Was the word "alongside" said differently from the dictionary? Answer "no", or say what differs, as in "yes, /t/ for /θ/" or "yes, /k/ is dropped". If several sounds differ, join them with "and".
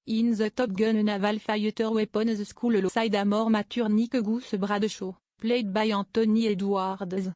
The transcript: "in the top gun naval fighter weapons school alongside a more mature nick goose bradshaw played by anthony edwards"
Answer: yes, /ŋ/ is dropped